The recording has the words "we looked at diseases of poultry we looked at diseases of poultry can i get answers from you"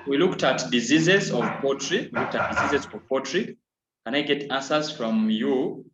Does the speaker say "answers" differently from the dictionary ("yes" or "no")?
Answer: yes